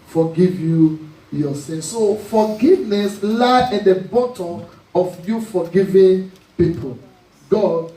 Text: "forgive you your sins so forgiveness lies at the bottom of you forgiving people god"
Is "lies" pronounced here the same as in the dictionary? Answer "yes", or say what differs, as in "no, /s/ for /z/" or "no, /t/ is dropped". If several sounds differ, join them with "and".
no, /z/ is dropped